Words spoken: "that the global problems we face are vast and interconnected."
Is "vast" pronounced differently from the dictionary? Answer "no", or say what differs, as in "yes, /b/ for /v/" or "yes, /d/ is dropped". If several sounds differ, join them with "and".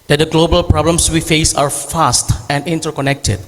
yes, /f/ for /v/